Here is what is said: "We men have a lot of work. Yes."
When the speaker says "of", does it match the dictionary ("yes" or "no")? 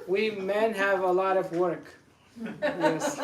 yes